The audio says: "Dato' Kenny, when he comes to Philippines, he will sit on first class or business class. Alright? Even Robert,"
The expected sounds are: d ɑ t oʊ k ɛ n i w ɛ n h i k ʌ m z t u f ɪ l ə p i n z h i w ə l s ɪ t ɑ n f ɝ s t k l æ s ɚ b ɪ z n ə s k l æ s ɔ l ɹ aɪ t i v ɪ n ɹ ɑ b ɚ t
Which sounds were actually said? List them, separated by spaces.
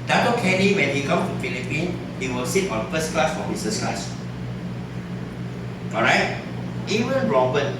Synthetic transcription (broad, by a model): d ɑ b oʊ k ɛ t i w ɛ n h i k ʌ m t u f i l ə p i n h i w ə l s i t ɑ n f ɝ s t k l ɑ s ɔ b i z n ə s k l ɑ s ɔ ɹ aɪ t i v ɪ n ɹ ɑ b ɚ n